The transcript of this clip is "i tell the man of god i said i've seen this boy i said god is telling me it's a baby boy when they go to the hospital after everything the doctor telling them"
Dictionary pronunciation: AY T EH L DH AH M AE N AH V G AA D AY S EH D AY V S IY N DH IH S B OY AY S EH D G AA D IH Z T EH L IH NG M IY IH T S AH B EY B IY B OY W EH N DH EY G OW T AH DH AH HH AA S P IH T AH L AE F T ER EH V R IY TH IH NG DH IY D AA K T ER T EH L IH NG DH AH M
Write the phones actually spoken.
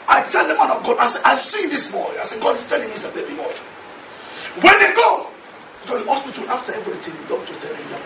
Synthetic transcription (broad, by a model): AY T EH L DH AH M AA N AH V G AA D AY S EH AY V S IY N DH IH S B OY AY S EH G AA D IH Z T EH L IH NG M IY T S AH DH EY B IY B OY W EH N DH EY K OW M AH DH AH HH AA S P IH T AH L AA F T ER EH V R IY T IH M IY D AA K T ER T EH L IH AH